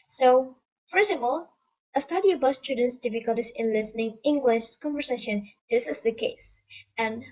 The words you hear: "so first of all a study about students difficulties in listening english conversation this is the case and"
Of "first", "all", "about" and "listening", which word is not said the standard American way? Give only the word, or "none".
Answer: first